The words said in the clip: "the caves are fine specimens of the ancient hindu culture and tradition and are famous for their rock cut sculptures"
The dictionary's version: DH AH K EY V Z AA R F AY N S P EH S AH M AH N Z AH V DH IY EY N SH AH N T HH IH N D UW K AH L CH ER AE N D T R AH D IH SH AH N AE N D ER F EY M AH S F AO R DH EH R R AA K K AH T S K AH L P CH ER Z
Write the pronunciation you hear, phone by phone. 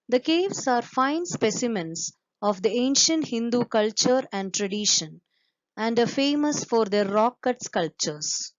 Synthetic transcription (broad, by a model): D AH K EY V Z AA R F AY N S P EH S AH M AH N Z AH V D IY EY N SH AH N T HH IH N D UW K AH L CH ER AE N D T R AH D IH SH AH N AE N D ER F EY M AH S F AO R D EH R R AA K K AH T S K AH L P CH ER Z